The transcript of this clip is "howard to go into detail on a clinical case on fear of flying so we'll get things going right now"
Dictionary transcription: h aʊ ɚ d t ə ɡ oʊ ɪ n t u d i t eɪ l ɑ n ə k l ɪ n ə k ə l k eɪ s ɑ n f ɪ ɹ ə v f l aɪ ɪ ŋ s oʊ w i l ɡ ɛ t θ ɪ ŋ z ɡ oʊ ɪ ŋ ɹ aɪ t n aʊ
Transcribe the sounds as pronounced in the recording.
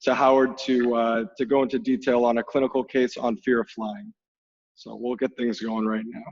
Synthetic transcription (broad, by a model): h aʊ ɚ d t ə ɡ oʊ ɪ n t u d i t eɪ l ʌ n ə k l ɪ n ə k l k eɪ s n f ɪ ɹ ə f l aɪ ɪ ŋ s oʊ w i l ɡ ɛ t θ ɪ ŋ z ɡ oʊ ɪ ŋ ɹ aɪ t n aʊ